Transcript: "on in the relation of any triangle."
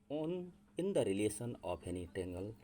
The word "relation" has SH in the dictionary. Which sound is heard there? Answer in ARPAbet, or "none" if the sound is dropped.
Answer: S